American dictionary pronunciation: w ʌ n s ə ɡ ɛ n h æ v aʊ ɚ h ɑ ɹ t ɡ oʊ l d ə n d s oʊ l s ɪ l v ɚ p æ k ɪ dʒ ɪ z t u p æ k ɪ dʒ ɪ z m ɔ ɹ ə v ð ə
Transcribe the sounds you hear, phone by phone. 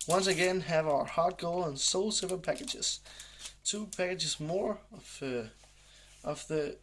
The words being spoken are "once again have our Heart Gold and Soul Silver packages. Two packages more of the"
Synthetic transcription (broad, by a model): w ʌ n s ə ɡ ɛ n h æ v aʊ ɚ h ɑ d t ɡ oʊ l ə n s oʊ l s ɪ v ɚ p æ k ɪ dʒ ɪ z t u p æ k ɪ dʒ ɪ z m ɔ ɹ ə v ð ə